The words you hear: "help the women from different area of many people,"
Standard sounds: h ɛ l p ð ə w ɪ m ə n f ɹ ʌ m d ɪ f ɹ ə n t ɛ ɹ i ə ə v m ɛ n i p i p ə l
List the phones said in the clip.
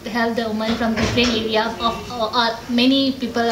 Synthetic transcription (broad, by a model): h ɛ l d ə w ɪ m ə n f ɹ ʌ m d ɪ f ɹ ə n ɛ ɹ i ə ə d m ɛ n i p i p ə l